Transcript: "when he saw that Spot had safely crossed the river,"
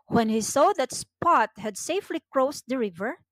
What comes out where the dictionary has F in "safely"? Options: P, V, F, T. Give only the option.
F